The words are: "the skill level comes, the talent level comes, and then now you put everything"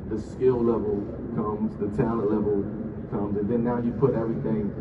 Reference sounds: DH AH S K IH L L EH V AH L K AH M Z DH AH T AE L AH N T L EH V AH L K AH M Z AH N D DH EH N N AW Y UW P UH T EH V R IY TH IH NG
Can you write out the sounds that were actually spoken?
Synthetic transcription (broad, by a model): DH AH S K IH L L EH V AH L K AH M Z DH AH T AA AH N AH L EH V AH L K AH M Z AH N DH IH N N AW Y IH P UH T EH V R IY TH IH NG